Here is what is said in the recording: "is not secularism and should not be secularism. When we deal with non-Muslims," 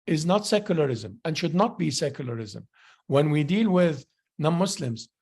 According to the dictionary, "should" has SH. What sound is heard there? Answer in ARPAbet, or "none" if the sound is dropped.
SH